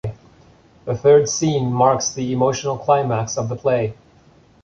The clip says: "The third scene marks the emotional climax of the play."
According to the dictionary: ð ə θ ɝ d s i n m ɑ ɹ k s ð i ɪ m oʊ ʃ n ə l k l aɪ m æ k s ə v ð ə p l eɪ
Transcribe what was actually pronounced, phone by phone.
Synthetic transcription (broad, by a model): ð ə θ ɝ d s i n m ɑ ɹ k s ð i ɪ m oʊ ʃ n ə l k l aɪ m æ k s ə v ð ə p l eɪ